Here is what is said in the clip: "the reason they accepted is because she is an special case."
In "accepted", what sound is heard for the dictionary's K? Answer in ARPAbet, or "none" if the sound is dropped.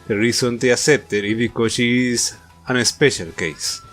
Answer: none